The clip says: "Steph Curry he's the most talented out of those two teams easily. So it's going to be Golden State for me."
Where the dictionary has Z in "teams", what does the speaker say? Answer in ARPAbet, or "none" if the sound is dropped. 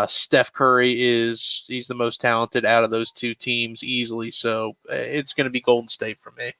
Z